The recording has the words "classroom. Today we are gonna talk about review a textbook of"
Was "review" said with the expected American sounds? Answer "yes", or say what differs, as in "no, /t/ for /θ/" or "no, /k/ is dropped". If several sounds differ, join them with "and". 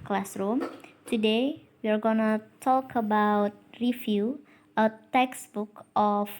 no, /f/ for /v/